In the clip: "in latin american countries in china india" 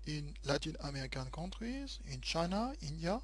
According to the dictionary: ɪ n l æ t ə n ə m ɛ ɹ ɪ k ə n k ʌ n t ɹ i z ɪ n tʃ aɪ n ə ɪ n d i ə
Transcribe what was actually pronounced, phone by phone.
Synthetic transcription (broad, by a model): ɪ n l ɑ t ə n ə m ɛ ɹ ɪ k ə n k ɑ t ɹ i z ɪ n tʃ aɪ n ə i n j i